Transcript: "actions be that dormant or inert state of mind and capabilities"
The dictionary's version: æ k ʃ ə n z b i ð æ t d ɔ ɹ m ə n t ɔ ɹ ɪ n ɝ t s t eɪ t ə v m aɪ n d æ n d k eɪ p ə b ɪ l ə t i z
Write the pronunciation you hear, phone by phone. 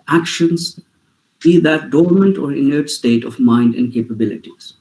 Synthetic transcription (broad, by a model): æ k ʃ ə n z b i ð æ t d ɔ ɹ m ə n t ɔ ɹ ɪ n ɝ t s t eɪ t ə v m aɪ n d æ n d k eɪ p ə b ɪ l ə t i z